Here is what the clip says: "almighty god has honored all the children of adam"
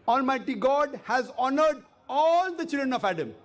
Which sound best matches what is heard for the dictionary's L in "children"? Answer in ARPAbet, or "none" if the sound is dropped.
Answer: L